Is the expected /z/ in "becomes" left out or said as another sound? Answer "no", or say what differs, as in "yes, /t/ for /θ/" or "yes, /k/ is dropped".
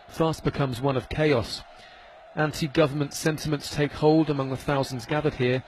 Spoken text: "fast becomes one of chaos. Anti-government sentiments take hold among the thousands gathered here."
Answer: no